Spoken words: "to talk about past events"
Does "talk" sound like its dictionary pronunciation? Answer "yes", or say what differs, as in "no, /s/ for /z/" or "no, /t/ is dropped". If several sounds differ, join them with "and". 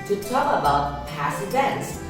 no, /k/ is dropped